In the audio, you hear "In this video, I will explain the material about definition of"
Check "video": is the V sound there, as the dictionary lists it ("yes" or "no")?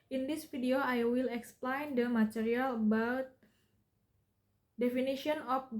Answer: no